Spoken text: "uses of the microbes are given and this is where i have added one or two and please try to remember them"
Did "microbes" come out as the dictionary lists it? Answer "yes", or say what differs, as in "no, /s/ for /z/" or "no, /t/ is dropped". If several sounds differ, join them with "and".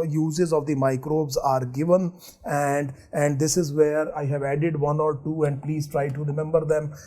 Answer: yes